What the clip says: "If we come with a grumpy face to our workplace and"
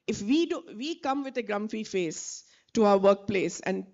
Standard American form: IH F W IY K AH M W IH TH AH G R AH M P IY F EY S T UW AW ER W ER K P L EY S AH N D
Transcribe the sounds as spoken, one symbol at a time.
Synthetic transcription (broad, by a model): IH F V IY K AH M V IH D AH G R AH M F IY F EY S T UW AW ER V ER K P L EY S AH N D